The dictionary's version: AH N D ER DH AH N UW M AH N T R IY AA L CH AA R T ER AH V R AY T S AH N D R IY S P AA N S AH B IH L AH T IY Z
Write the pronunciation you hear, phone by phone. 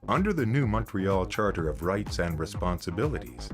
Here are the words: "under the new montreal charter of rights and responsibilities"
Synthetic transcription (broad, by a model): AH N D ER DH AH N UW M AH N T R IY AA L CH AA R T ER AH V R AY T S AH N D R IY S P AA N S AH B IH L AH T IY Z